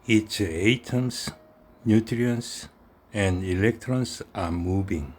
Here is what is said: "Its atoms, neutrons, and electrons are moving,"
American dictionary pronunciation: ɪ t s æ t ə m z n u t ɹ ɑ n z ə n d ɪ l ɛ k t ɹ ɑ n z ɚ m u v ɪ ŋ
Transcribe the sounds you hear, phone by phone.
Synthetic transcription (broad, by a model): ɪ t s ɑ t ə m s n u t ɹ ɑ n s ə n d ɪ l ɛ k t ɹ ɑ n s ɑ m u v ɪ ŋ